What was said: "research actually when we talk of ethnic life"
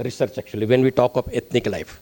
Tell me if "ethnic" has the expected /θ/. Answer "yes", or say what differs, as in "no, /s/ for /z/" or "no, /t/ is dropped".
no, /t/ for /θ/